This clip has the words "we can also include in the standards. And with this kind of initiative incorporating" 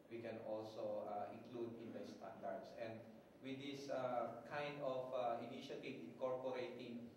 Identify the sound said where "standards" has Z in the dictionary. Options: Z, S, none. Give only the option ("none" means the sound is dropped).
S